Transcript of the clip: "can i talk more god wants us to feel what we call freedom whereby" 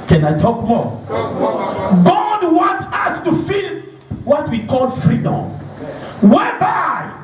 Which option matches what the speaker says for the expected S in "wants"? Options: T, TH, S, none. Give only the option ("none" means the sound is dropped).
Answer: none